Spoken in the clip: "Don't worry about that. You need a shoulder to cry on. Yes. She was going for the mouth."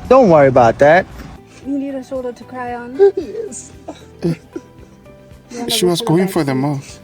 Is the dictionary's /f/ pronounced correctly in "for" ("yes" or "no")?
yes